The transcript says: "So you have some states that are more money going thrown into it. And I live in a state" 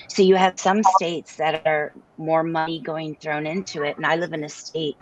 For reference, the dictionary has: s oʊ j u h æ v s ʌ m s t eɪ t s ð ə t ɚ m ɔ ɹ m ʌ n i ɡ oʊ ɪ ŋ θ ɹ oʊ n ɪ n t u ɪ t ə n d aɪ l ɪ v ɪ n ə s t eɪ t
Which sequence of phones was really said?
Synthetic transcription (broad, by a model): s oʊ j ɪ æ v s ʌ m s t eɪ t s ð ə t ɚ m ɔ ɹ m ʌ n i ɡ oʊ ɪ ŋ θ ɹ oʊ n ɪ n t u ɪ t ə n aɪ l ɪ v ɪ n ə s t eɪ t